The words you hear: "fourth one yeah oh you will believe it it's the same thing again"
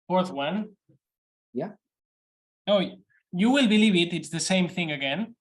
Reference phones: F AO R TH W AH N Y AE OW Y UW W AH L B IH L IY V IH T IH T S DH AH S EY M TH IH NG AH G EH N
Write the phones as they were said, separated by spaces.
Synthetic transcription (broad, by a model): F AO R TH W AH N Y AE OW Y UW W AH L B IH L IY V IH T IH T S DH AH S EY M TH IH NG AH G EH N